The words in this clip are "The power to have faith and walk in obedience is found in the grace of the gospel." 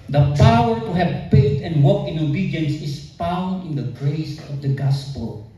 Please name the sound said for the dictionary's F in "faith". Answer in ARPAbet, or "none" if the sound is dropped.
P